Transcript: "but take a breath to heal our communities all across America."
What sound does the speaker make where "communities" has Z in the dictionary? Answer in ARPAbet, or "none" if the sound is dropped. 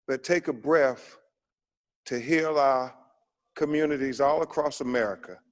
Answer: Z